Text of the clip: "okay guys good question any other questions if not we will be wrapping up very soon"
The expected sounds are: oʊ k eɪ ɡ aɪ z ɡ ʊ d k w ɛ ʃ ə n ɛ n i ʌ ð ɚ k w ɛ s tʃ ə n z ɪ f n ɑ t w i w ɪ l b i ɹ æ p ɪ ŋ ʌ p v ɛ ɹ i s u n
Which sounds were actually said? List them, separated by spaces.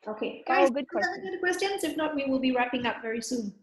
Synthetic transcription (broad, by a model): oʊ k eɪ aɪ ɡ ʊ d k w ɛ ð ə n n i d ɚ k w ɛ s tʃ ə n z ɪ f n ɑ t w i w ɪ l b i ɹ æ p ɪ ŋ ʌ p v ɛ ɹ i s u n